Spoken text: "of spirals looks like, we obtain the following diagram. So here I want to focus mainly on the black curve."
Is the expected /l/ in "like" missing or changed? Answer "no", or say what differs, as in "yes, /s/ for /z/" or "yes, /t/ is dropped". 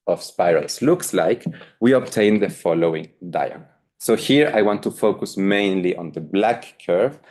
no